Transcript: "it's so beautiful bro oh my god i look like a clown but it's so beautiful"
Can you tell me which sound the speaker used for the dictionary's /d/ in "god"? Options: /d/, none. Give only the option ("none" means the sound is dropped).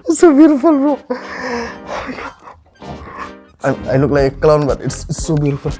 none